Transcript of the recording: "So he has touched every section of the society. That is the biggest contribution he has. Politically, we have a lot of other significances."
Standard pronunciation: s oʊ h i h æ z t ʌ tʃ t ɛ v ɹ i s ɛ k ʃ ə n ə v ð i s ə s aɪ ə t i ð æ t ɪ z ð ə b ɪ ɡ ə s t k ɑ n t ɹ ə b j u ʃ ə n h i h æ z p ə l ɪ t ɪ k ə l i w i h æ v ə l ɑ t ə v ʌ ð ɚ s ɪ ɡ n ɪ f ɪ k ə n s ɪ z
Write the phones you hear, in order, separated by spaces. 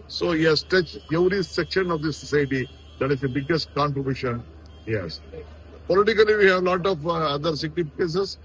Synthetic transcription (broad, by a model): s oʊ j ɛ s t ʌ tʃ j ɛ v ɹ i s ɛ k ʃ ə n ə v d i s ə s aɪ ə t i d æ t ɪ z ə b ɪ ɡ ə s t k ɑ n t ɹ ə b j u ʃ ə n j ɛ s p ə l ɪ t ɪ k ə l i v i h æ v l ɑ t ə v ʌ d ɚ s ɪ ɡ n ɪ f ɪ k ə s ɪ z